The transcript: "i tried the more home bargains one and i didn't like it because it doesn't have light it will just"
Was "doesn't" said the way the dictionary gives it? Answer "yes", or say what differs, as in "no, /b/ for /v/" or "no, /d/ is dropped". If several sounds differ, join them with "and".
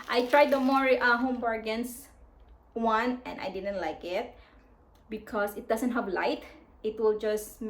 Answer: no, /s/ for /z/